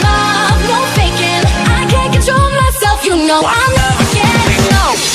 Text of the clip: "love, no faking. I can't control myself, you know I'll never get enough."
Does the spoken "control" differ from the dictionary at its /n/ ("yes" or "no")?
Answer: no